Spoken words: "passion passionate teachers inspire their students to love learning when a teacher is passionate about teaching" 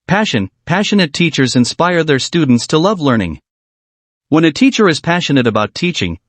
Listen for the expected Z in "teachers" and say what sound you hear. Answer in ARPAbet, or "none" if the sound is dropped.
Z